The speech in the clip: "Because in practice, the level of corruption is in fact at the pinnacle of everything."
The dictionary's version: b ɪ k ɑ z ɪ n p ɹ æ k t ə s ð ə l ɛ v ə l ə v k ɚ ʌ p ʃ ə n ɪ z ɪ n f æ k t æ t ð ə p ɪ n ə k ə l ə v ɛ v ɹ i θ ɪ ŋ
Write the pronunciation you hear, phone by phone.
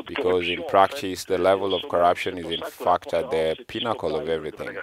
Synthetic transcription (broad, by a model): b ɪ k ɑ z ɪ n p ɹ æ k t ə s ð ə l ɛ v ə l ə v k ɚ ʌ p ʃ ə n ɪ z ɪ n f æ k t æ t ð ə p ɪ n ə k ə l ə v ɛ v ɹ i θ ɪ ŋ